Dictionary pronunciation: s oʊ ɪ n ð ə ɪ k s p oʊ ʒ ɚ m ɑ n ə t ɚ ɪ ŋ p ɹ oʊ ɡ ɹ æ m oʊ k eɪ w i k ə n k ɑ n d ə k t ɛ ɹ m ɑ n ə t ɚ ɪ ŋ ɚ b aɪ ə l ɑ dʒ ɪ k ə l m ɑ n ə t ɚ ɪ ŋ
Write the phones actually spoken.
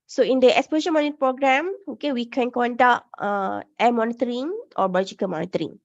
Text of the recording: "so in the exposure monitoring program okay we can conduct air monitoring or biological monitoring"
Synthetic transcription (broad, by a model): s oʊ ɪ n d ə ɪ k s p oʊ z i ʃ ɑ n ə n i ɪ p ɹ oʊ ɡ ɹ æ m oʊ k eɪ w i k ə n k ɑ n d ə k t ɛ m ɑ n ə t ɚ ɪ ŋ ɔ b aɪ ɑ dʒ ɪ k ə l m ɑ n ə t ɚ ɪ ŋ